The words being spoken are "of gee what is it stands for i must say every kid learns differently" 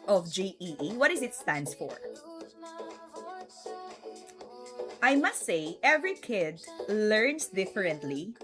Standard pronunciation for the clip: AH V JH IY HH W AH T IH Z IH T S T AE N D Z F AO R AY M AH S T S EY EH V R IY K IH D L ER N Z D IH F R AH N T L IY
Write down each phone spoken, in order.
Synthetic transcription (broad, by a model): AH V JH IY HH W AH T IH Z IH T S T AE N D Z F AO R AY M AH S T S EY EH V R IY K IH D L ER N S D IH F R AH N T L IY